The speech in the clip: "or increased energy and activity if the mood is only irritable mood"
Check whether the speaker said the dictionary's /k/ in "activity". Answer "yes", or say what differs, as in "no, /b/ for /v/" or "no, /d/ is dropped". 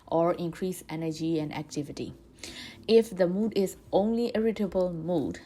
yes